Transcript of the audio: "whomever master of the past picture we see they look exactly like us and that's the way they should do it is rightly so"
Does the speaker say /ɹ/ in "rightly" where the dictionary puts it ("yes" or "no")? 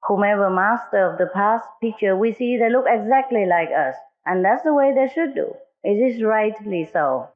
yes